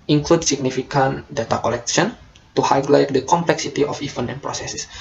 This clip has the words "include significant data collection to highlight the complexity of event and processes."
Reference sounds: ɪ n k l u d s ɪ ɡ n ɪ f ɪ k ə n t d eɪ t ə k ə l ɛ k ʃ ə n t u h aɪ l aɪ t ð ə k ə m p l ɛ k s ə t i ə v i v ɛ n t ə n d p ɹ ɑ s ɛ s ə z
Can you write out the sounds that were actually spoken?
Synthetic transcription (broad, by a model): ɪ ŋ k l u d s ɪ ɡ n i f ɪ k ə n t d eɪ t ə k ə l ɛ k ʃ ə n t u h aɪ l aɪ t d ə k ə m p l ɛ k s ə t i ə f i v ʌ n ə n p ɹ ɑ s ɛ s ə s